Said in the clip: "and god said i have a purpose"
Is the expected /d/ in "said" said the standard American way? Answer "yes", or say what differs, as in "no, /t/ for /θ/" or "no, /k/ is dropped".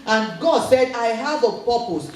yes